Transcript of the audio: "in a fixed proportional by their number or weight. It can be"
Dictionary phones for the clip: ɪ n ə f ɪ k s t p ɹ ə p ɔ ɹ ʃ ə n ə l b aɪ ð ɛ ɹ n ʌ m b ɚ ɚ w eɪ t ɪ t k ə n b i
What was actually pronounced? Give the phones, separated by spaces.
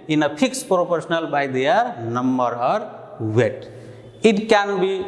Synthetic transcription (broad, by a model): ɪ n ə p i k s p ɹ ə p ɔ ɹ s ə n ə l b aɪ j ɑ ɹ n ʌ m b ɚ ɚ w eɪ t ɪ t k ə n b i